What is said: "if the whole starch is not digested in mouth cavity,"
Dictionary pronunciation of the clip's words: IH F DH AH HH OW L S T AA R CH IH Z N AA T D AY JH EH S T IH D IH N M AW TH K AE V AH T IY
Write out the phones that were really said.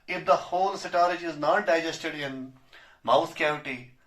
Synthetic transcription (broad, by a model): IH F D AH HH OW L S T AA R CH IH Z N AA T D AY JH EH S T IH D IH N M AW S K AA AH T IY